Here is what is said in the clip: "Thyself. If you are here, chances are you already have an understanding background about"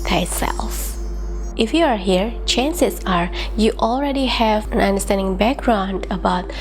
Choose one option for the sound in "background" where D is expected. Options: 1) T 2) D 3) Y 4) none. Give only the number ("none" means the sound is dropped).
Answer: 2